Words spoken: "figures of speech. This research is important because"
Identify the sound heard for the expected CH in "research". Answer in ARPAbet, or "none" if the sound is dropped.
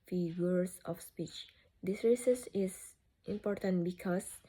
S